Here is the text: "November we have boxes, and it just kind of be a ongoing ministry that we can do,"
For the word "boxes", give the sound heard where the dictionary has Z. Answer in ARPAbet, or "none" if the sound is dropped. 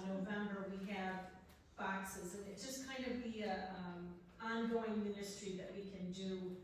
Z